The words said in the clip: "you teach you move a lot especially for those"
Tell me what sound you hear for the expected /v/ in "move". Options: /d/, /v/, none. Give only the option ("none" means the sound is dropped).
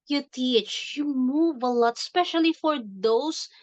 /v/